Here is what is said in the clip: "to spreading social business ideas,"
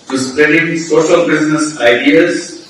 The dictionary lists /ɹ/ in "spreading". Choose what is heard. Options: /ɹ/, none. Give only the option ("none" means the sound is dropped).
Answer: none